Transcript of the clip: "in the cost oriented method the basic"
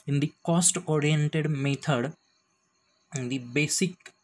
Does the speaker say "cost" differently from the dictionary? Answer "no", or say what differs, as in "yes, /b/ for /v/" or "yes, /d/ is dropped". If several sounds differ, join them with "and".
no